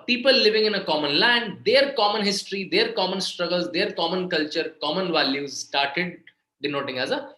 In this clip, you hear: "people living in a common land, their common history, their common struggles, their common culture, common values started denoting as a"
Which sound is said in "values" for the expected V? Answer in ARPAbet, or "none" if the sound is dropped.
V